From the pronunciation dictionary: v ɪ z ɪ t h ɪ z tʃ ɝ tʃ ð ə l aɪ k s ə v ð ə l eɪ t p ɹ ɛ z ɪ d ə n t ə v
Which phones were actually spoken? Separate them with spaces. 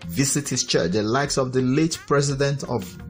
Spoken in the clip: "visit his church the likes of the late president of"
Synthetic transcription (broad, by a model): v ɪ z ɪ t h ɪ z tʃ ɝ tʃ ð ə l aɪ k s ə v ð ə l eɪ t p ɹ ɛ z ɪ d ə n t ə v